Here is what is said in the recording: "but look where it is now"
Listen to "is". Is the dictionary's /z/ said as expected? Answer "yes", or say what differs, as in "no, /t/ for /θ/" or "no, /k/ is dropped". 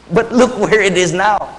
yes